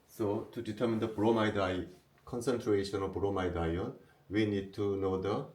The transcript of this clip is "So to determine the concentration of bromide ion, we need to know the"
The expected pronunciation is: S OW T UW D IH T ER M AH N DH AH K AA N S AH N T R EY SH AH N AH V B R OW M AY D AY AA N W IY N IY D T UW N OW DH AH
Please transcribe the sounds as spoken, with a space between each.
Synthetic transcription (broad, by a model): S OW T UW D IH T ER M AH N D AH K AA N S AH N T R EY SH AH N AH B R OW M AY D AY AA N W IY N IY D T UW N OW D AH